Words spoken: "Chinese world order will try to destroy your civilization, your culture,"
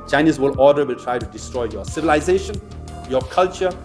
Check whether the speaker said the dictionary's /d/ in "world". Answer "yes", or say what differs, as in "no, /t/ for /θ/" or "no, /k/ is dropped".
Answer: no, /d/ is dropped